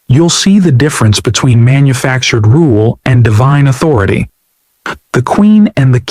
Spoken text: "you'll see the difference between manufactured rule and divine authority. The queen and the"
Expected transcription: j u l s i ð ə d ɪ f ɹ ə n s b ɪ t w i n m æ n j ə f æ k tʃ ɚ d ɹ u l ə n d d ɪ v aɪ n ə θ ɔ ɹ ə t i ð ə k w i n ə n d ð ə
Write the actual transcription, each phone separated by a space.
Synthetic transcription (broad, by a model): j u l s i ð ə d ɪ f ɹ ə n s b ɪ t w i n m æ n j ə f æ k tʃ ɚ d ɹ u l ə n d d ɪ v aɪ n ə θ ɔ ɹ ə t i ð ə k w i n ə n ð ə